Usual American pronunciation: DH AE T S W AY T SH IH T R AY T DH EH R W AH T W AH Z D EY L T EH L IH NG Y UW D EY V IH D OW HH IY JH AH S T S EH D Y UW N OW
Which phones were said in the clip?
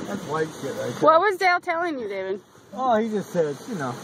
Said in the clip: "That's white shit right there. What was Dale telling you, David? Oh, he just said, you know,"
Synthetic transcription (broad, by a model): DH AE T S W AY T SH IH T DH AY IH W AH T W AH Z D EY L T EH L IH NG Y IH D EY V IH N OW HH IY JH AH S T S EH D Y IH N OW